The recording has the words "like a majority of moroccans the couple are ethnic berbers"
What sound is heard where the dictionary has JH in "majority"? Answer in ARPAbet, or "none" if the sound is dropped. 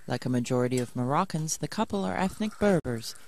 JH